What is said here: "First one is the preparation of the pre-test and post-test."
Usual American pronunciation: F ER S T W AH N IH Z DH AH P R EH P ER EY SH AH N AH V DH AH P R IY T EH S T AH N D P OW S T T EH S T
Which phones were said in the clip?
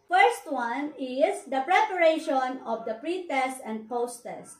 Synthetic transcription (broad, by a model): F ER S T W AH N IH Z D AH P R EH P ER EY SH AH N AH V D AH P R IY T EH S T AH N D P OW S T T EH S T